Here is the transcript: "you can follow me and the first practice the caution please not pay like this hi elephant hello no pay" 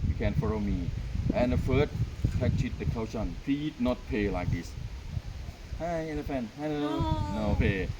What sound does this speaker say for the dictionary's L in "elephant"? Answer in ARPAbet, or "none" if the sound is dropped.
N